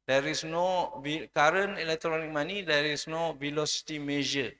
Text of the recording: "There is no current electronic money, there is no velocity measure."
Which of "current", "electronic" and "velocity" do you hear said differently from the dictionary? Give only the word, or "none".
current